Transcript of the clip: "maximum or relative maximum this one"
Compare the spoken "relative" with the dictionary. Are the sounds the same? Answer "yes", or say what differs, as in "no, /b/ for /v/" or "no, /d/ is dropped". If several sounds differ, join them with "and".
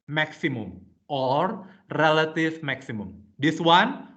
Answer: no, /f/ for /v/